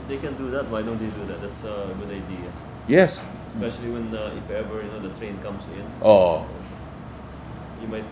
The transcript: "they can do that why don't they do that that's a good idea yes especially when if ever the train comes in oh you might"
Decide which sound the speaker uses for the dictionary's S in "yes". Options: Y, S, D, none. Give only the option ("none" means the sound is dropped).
S